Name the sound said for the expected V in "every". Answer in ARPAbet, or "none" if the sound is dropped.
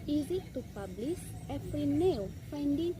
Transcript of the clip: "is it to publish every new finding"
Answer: F